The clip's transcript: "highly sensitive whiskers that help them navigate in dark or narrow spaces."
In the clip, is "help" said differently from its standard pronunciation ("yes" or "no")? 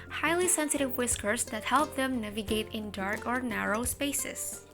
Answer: no